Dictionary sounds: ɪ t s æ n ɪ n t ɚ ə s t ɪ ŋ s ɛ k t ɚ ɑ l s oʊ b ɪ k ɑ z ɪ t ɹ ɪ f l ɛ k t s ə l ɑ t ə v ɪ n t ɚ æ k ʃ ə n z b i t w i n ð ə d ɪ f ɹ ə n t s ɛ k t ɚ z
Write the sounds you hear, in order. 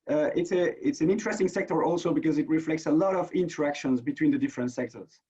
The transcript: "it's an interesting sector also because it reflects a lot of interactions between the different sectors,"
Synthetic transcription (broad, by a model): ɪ t s æ n ɪ n t ɚ ə s t ɪ ŋ s ɛ k t ɚ ɑ l s oʊ b ɪ k ɑ z ɪ t ɹ ɪ f l ɛ k t s ə l ɑ t ə v ɪ n t ɚ æ k ʃ ə n z b i t w i n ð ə d ɪ f ɹ ə n t s ɛ k t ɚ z